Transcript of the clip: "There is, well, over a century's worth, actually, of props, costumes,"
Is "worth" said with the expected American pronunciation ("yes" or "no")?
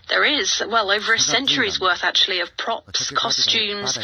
yes